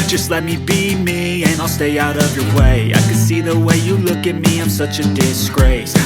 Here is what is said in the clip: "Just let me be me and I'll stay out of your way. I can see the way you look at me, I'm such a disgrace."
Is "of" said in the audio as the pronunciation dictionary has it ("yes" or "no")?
yes